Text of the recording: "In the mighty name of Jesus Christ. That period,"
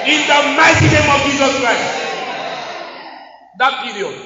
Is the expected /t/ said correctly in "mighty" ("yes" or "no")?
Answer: no